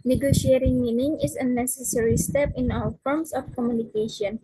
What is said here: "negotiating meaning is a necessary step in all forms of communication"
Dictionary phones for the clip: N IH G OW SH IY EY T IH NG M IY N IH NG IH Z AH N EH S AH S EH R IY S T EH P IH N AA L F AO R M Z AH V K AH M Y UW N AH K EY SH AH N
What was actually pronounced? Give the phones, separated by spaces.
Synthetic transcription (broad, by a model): N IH G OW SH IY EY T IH NG M IY N IH NG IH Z AH N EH S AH S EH R IY S T EH P IH N AA W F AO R M S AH F K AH M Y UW N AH K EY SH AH N